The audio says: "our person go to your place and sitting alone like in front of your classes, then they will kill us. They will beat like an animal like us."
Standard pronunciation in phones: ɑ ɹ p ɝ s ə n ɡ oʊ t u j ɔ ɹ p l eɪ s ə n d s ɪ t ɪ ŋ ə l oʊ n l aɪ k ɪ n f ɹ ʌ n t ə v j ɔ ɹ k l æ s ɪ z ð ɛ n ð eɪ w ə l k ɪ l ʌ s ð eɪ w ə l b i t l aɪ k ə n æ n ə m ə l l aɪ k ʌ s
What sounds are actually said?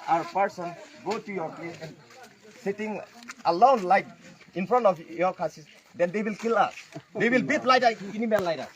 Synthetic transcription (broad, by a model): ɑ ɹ p ɝ s ə n ɡ oʊ t u j ɔ ɹ p l eɪ s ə n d s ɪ t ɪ ŋ ə l oʊ n l aɪ k ɪ n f ɹ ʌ n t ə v j ɔ ɹ k ɑ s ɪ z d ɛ n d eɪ w ə l k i l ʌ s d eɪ w ə l b i t l aɪ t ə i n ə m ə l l aɪ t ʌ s